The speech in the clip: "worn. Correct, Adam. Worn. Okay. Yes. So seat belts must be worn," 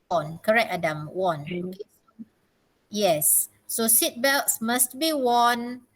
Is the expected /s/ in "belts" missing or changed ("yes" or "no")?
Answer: no